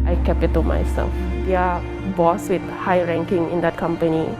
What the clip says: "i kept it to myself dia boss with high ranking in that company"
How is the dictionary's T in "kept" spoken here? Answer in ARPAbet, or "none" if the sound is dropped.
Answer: none